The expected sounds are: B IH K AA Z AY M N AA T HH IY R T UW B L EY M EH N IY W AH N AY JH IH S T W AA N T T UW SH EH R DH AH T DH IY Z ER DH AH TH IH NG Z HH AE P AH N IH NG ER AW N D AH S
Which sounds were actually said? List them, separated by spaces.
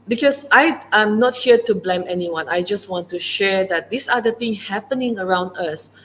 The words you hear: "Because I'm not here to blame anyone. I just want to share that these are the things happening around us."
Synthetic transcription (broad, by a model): B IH K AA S AY M N AA T HH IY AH T UW B L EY M EH N IY W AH N AY JH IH S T W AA N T T UW SH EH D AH T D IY S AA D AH T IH NG HH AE P AH N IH NG ER AW N D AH S